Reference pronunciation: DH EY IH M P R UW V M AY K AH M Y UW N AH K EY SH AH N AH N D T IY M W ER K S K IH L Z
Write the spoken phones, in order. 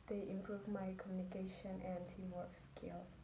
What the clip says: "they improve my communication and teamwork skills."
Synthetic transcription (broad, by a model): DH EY IH M P R UW V M AY K AH M Y UW N AH K EY SH AH N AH N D T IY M W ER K S K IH L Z